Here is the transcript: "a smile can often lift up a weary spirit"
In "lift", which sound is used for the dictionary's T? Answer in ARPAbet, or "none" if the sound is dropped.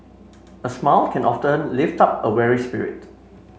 T